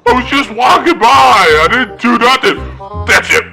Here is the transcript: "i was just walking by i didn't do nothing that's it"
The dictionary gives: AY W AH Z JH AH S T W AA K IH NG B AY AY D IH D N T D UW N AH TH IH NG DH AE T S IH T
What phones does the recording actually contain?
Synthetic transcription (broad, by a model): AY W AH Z JH AH S T W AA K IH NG B AY AY D IH D N T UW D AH T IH DH AE T S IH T